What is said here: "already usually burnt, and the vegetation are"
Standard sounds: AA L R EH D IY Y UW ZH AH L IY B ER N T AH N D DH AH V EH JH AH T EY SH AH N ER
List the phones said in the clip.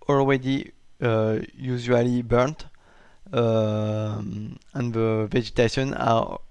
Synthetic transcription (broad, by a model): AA L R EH D IY Y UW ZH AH L IY B ER N T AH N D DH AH V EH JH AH T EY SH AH N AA